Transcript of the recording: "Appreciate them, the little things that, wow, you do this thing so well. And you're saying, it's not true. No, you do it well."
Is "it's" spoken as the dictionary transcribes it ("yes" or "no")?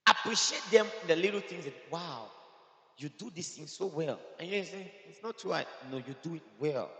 yes